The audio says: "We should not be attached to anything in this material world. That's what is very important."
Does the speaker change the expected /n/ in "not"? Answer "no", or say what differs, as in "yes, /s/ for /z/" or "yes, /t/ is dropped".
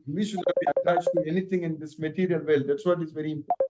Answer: yes, /l/ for /n/